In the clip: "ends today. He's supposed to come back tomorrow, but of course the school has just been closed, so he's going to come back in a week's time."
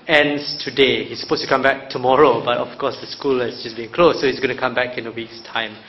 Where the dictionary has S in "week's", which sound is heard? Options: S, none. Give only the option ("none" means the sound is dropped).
S